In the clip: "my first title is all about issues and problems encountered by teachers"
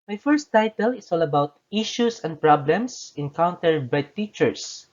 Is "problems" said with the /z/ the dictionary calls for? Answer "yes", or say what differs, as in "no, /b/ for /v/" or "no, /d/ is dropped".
no, /s/ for /z/